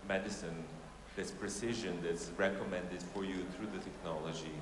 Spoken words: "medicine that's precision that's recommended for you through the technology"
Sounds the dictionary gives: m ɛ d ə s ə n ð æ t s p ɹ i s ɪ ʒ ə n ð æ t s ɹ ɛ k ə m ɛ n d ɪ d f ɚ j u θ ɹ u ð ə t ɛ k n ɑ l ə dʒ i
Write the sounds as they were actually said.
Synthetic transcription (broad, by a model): m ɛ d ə s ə n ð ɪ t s p ɹ i s ɪ ʒ ə n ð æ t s ɹ ɛ k ə m ɛ n d ɪ d f ɚ j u θ ɹ u ð ə t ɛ k n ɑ l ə dʒ i